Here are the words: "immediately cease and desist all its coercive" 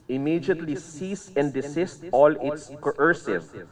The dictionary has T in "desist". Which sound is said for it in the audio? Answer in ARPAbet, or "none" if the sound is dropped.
T